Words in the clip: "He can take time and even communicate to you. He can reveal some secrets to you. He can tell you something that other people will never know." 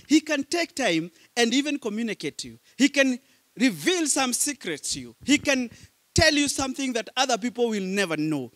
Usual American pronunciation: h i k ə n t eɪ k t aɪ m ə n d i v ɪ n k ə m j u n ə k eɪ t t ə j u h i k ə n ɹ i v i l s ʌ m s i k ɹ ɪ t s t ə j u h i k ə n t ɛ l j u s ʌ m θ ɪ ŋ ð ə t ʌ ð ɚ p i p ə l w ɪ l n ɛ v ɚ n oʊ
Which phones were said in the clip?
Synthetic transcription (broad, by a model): h i k ə n t eɪ k t aɪ m ə n d i v ɪ n k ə m j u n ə k eɪ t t j u h i k ə n ɹ i v i l s ʌ m s i k ɹ ɪ t s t j u h i k ə n t ɛ l j u s ʌ m θ ɪ ŋ ð ə t ʌ ð ɚ p i p l w ɪ l n ɛ v ɚ n oʊ